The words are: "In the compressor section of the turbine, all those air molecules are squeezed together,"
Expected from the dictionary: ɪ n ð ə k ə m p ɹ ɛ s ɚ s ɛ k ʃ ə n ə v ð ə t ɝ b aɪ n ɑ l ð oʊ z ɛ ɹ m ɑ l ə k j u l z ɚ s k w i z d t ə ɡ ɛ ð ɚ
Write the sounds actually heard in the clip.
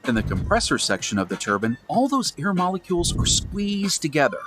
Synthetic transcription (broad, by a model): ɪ n ð ə k ə m p ɹ ɛ s ɚ s ɛ k ʃ ə n ə v ð ə t ɝ b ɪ n ɑ l ð oʊ z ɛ ɹ m ɑ l ə k j u l z ɚ s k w i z t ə ɡ ɛ ð ɚ